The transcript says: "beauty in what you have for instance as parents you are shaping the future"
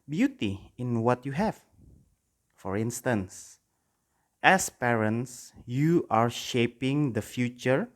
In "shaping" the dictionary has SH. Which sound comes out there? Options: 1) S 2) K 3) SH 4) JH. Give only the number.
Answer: 3